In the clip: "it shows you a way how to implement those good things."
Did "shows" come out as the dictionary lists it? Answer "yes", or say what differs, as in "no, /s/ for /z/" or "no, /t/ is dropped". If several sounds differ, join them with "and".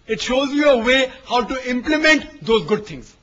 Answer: yes